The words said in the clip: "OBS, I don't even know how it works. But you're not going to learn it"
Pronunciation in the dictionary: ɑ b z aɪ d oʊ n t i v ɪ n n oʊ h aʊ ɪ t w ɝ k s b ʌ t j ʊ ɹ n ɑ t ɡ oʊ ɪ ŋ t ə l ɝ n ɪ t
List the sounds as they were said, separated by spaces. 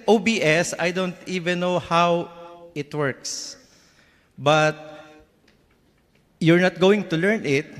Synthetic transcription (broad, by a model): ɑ b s aɪ d oʊ n t i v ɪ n n oʊ h aʊ ɪ t w ɝ k s b ʌ t j ʊ ɹ n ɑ t ɡ oʊ ɪ ŋ t ə l ɝ n ɪ t